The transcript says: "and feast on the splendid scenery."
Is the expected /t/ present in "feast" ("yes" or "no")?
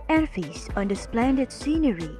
no